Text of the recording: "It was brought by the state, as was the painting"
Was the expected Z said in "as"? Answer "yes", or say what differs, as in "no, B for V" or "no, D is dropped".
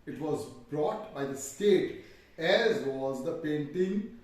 yes